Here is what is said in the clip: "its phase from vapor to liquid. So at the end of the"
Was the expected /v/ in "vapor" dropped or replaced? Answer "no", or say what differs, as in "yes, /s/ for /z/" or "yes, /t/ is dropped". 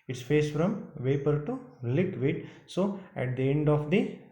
no